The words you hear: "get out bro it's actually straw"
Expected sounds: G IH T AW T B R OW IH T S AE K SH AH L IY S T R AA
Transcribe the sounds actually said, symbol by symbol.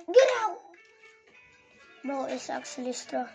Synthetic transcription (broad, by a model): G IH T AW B OW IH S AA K S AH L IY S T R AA